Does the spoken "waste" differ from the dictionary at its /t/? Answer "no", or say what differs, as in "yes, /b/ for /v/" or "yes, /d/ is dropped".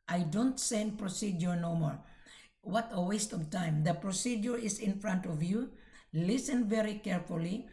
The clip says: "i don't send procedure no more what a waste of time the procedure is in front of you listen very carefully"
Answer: no